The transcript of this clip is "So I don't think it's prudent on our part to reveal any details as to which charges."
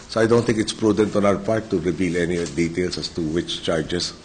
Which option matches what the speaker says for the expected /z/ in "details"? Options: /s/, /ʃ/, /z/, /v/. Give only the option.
/s/